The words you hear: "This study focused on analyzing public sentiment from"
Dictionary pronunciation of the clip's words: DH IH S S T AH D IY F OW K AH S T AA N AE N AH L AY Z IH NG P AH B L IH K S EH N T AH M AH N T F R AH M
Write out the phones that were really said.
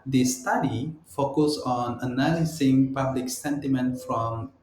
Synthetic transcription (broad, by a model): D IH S S T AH D IY F OW K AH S AA N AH N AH L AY S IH NG P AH B L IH K S EH N T AH M AH N T F R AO M